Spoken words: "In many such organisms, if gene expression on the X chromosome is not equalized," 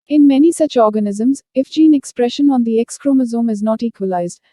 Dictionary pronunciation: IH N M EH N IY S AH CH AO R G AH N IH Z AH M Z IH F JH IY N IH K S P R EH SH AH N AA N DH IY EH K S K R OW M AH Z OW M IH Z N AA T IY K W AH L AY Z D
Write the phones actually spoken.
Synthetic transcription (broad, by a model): IH N M EH N IY S AH CH AO R G AH N IH Z AH M Z IH F JH IY N IH K S P R EH SH AH N AA N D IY EH K S K R OW M AH Z OW M IH Z N AA T IY K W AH L AY Z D